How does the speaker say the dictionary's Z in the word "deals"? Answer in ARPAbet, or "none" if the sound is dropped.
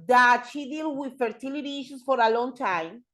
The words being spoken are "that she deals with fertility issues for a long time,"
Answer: none